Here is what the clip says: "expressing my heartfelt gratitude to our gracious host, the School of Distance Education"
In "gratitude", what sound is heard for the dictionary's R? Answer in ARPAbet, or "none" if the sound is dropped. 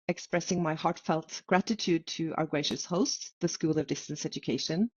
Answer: R